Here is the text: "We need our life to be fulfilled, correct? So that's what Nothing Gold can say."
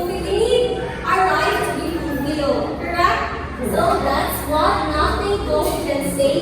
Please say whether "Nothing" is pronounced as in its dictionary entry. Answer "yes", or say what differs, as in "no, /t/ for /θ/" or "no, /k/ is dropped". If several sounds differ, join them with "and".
no, /t/ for /θ/